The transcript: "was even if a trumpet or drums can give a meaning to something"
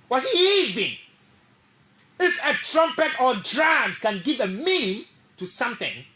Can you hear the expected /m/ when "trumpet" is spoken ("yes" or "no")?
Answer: yes